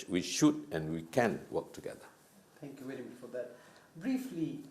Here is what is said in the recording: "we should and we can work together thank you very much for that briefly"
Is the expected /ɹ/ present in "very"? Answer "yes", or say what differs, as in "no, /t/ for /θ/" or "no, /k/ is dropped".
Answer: no, /l/ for /ɹ/